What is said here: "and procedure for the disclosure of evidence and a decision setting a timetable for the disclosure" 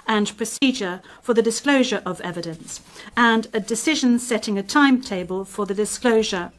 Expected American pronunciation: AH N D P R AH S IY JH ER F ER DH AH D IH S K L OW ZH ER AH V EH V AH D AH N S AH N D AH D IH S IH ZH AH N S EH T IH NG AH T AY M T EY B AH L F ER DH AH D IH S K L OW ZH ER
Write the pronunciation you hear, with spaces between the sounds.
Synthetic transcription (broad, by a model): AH N P R AH S IY JH ER F ER DH AH D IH S K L OW ZH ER AH V EH V AH D AH N S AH N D AH D IH S IH ZH AH N S EH T IH NG AH T AY M T EY B AH L F ER DH AH D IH S K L OW ZH ER